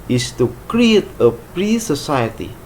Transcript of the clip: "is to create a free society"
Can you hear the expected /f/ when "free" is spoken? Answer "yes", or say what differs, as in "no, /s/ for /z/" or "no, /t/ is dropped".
no, /p/ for /f/